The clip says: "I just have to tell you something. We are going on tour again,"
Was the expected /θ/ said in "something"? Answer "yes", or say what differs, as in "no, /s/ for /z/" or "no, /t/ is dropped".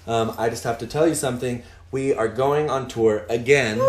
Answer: yes